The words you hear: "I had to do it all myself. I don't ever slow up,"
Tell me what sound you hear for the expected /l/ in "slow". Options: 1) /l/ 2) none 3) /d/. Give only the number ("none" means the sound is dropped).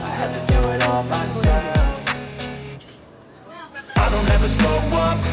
2